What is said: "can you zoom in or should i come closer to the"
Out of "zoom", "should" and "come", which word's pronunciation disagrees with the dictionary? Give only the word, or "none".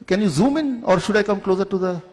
none